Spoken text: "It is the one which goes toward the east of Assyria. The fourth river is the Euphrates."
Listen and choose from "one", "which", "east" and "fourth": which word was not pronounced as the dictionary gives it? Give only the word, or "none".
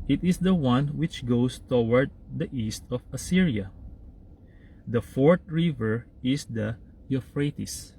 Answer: fourth